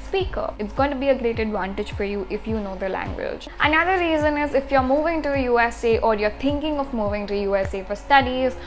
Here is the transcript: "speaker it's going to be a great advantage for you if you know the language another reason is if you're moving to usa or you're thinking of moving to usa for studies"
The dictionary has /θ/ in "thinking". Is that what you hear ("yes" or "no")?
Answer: no